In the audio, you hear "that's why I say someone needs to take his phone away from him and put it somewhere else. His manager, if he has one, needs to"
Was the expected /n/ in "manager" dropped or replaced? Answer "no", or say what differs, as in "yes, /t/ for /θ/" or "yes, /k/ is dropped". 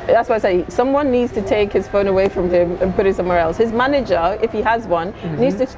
no